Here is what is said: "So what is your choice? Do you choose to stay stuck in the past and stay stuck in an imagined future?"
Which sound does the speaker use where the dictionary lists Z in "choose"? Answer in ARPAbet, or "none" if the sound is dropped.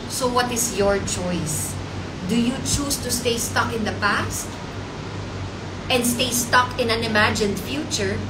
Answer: S